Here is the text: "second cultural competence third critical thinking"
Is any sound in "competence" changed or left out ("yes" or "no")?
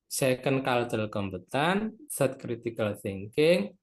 yes